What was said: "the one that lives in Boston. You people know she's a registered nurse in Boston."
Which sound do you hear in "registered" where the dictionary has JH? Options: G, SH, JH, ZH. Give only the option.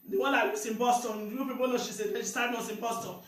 SH